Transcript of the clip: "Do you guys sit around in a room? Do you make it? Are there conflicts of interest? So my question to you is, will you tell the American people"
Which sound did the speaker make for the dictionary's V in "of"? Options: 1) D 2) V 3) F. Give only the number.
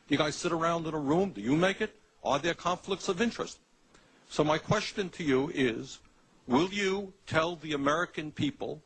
2